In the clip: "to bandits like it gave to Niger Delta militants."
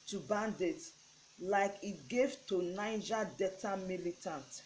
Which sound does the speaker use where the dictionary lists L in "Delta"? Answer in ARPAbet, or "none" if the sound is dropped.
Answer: none